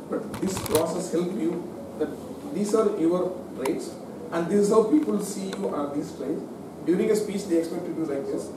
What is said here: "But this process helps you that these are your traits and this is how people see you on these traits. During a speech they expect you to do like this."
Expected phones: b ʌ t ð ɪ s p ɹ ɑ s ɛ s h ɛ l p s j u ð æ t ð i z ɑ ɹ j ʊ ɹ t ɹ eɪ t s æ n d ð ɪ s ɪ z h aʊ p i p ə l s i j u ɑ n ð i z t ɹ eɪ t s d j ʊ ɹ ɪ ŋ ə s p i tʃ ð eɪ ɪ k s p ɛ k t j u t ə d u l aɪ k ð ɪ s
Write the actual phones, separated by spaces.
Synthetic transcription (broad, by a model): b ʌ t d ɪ s p ɹ ɑ s ɛ s h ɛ l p j u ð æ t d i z ɑ ɹ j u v t ɹ eɪ t s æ n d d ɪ s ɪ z h aʊ p i p ə l s i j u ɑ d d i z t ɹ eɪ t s d j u ɹ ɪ ŋ ə s p i tʃ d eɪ ɪ k s p ɛ k t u d u l aɪ k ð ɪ s